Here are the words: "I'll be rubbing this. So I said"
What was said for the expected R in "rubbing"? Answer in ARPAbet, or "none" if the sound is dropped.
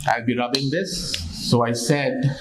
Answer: L